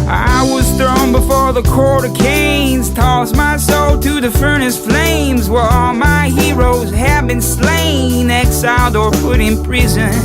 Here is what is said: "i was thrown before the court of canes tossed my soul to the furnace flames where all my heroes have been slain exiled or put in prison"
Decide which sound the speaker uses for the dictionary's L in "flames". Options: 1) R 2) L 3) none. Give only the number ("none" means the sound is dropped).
2